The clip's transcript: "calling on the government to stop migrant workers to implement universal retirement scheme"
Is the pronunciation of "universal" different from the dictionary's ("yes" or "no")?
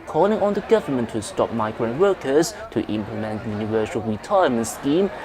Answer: yes